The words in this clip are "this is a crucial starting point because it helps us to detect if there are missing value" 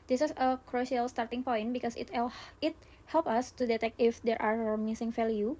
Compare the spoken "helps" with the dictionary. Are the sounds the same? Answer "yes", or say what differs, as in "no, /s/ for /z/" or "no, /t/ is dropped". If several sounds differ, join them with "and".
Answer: no, /s/ is dropped